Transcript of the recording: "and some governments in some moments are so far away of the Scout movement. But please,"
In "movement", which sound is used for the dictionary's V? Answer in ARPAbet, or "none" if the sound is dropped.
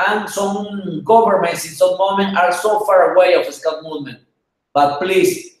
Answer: none